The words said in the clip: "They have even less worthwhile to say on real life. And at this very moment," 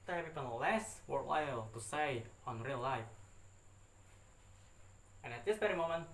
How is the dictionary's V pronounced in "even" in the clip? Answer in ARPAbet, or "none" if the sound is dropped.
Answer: P